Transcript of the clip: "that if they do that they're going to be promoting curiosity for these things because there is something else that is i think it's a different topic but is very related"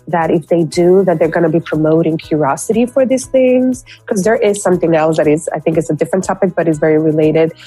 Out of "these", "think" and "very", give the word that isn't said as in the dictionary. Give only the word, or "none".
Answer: none